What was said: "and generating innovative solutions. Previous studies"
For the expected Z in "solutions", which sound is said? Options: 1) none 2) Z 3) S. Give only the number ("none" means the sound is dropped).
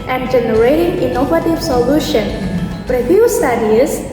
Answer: 1